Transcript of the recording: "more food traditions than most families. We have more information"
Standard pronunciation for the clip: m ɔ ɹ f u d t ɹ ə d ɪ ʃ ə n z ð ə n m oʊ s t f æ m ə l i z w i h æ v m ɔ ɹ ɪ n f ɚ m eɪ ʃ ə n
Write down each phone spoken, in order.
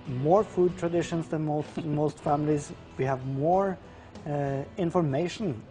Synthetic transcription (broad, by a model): m ɔ ɹ f u d t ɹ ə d ɪ ʃ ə n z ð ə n m oʊ s t f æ m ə l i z w i h æ v m ɔ ɹ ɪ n f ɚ m eɪ ʃ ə n